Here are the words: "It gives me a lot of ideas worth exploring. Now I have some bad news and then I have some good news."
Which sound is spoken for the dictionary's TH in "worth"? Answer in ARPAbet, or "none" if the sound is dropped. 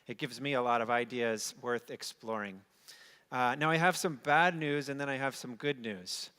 TH